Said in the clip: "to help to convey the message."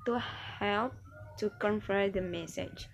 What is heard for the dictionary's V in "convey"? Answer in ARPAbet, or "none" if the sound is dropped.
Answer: F